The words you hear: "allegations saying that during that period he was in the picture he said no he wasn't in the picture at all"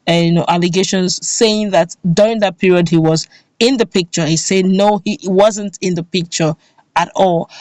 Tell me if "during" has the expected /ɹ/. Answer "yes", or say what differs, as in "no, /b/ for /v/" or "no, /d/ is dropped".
yes